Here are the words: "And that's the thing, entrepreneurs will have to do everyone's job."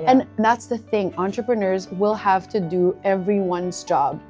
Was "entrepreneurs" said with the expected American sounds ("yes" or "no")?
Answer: yes